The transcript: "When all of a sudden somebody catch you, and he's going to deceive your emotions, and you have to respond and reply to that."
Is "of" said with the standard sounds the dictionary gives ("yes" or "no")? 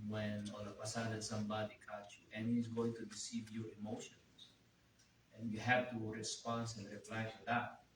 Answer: no